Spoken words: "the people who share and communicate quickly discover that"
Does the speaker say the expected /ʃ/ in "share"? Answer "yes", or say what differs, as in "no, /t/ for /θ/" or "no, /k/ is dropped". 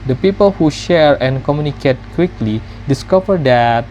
yes